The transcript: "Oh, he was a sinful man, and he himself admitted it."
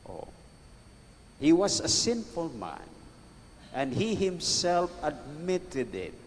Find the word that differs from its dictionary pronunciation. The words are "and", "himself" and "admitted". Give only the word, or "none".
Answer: none